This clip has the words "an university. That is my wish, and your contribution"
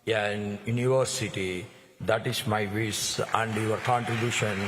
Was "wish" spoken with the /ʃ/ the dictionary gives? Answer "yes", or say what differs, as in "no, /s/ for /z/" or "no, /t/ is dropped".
no, /s/ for /ʃ/